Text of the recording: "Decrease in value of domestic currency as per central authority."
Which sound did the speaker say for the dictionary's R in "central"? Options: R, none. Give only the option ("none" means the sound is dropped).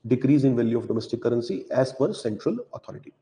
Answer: R